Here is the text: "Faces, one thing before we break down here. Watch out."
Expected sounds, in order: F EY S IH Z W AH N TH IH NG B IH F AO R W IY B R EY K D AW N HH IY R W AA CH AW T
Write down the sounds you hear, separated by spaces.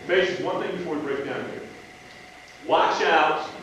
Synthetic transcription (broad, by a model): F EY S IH W AH N TH IH NG B IH F AO R W IY B R EY K D AW N HH IY R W AA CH AW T